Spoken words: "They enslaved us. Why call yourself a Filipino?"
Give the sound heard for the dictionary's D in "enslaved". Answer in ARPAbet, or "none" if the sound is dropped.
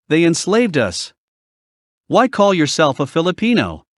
D